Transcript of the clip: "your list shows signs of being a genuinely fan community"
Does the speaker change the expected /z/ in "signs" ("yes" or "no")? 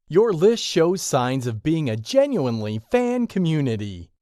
no